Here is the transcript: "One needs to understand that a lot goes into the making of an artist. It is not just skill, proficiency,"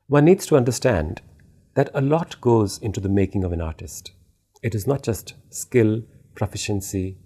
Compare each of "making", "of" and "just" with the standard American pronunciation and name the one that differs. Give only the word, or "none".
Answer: none